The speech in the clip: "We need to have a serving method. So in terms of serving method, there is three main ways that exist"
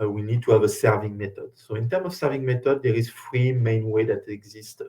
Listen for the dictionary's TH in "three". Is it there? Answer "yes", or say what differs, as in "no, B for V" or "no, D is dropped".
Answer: no, F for TH